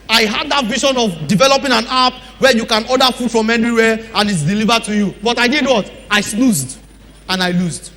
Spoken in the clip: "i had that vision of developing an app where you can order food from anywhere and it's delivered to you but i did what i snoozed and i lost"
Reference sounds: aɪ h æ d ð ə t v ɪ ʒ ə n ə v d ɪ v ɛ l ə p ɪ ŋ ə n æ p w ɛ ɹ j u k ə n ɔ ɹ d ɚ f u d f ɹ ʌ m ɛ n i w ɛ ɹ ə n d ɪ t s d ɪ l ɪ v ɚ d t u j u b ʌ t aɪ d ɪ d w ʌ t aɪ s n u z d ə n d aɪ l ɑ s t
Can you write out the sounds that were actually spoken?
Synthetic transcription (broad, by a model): aɪ h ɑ d ð ə t v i ʃ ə n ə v d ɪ v ɛ l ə p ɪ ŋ ə n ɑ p w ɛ j u k ə n ɔ d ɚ f u d f ɹ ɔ m ɛ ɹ i w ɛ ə n ɪ t s d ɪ l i v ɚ d t u j u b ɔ t aɪ d ɪ d w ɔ t aɪ s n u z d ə n aɪ l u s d